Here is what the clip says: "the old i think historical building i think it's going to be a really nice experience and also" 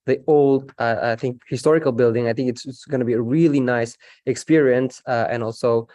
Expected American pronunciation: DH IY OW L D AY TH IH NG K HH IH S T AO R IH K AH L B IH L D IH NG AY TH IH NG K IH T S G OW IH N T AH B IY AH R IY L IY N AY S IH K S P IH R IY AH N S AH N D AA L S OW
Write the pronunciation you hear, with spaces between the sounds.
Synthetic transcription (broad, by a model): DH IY OW L D AY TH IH NG K HH IH S T AO R IH K AH L B IH L D IH NG AY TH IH NG K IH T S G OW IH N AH B IY AH R IY L IY N AY S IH K S P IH R IY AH N S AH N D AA L S OW